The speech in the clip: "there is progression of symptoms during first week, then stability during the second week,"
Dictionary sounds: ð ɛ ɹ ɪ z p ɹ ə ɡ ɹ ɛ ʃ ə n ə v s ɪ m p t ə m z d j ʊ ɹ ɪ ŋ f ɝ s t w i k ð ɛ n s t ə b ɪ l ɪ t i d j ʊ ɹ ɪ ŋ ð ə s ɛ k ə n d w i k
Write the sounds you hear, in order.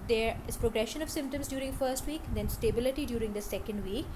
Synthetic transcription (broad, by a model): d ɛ ɹ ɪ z p ɹ ə ɡ ɹ ɛ ʃ ə n ə v s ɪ m p t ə m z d j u ɹ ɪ ŋ f ɝ s t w i k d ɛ n s t ə b ɪ l ɪ t i d j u ɹ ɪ ŋ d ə s ɛ k ə n d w i k